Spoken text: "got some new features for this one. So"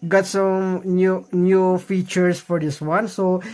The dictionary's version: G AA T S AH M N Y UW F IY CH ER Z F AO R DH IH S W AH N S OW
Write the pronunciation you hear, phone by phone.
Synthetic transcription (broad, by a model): G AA T S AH M N Y UW F IY CH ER S F AO R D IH S W AH N S OW